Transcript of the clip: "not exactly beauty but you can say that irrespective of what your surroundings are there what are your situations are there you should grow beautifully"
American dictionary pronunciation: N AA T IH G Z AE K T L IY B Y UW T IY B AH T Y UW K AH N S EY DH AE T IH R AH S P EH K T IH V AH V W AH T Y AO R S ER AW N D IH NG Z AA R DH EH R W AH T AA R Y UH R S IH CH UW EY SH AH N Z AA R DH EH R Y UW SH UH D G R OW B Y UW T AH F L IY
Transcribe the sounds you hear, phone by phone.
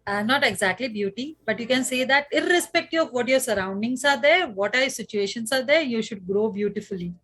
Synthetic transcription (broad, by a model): N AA T IH G Z AE K T L IY B Y UW T IY B AH T Y UW K AH N S EY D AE T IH R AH S P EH K T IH AH V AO T Y AO R S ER AW N D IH NG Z AA R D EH R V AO T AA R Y S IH CH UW EY SH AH N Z AA R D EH R Y UW SH UH D G R OW B Y UW T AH F L IY